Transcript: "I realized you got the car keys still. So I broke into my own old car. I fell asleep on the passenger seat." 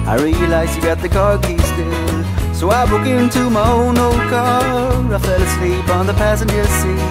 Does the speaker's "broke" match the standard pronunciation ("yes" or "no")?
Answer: no